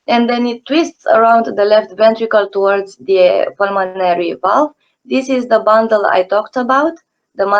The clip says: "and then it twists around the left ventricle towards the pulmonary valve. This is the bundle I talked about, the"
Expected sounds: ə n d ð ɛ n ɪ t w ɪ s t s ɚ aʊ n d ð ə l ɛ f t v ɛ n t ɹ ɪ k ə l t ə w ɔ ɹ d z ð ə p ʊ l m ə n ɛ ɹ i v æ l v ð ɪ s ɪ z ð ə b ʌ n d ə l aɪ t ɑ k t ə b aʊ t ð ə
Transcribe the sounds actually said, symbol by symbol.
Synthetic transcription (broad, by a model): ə n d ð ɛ n ɪ t w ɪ s t s ɚ aʊ n d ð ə l ɛ f t v ɛ n t ɹ ɪ k ə l t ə w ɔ ɹ d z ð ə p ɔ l m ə n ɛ ɹ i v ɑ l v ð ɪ s ɪ z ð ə b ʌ n d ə l aɪ t ɑ k t ə b aʊ t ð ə